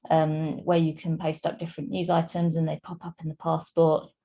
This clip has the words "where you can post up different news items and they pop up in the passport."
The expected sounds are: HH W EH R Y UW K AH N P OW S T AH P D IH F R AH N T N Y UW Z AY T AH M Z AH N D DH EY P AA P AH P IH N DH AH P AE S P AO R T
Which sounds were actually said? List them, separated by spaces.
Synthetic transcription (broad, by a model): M W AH Y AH K AH N P OW S T AH P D IH F R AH N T N Y UW Z AY T AH M Z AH N DH EY P AA P AH P IH N DH AH P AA S P AO T